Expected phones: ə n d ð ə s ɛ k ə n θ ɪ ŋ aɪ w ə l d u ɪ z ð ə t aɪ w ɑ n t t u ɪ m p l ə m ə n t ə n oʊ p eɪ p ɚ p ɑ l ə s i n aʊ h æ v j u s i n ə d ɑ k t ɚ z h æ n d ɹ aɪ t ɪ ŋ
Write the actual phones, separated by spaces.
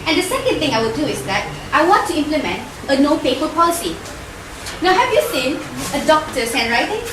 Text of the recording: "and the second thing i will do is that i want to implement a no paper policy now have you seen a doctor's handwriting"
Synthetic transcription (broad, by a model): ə n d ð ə s ɛ k ə n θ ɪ ŋ aɪ w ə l d u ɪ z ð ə t aɪ w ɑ n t t u ɪ m p l ə m ə n t ə n oʊ f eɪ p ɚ p ɑ l ə s i n aʊ h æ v j u s i n ə d ɑ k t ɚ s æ n ɹ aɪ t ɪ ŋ